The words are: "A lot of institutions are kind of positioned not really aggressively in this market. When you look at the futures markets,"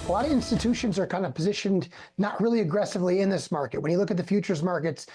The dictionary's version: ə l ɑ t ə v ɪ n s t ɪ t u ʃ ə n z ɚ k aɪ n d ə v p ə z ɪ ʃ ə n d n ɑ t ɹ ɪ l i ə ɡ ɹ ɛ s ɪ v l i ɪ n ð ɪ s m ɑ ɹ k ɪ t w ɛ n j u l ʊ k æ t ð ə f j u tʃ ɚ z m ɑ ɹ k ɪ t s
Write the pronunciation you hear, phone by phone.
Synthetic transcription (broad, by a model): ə l ɑ t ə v ɪ n s t ɪ t u ʃ ə n z ɚ k aɪ n d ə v p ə z ɪ ʃ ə n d n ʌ t ɹ ɪ l i ə ɡ ɹ ɛ s ɪ v l i ɪ n ð ɪ s m ɑ ɹ k ɪ t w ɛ n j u l ʊ k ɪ t ð ə f j u tʃ ɚ z m ɑ ɹ k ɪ t s